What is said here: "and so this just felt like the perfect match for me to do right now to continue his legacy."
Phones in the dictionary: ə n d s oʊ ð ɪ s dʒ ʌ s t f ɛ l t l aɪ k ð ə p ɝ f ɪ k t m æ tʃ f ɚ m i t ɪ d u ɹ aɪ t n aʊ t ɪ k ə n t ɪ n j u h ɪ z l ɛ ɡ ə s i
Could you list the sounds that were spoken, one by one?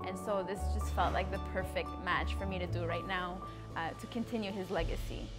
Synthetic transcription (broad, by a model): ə n s oʊ ð ɪ s dʒ ʌ s t f ɛ l t l aɪ k ð ə p ɝ f ɪ k t m æ tʃ f ɚ m i t ɪ d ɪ ɹ aɪ t n aʊ t ɪ k ə n t ɪ n j u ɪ z l ɛ ɡ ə s i